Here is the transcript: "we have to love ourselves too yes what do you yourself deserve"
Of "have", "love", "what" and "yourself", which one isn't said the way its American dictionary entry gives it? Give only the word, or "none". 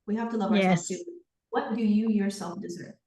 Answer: have